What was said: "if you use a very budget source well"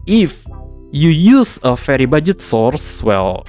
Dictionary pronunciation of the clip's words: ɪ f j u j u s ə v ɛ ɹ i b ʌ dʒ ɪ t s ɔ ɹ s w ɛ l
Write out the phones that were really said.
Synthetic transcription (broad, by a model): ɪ f j u j u s ə f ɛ ɹ i b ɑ dʒ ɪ t s ɔ ɹ s w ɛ l